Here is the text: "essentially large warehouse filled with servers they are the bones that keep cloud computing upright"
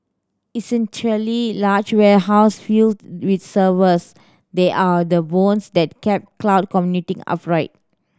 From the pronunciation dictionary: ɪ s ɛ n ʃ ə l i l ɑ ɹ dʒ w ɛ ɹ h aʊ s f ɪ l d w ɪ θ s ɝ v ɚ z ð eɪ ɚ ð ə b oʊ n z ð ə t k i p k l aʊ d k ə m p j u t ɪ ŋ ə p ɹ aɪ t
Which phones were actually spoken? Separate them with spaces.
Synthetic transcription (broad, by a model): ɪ s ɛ n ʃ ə l i l ɑ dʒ w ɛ h aʊ s f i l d w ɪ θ s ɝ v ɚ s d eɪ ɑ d ə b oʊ n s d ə t k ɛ p k l aʊ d k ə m j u t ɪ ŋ ə p ɹ aɪ t